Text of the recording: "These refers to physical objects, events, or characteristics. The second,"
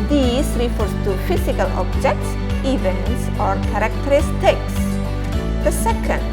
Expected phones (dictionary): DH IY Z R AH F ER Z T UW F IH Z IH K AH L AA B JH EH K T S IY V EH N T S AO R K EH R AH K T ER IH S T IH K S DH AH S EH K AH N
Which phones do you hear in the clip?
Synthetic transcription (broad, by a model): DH IY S R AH F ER S T UW F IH S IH K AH L AA B JH EH K T S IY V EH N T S AO R K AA R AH K T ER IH S T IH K S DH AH S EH K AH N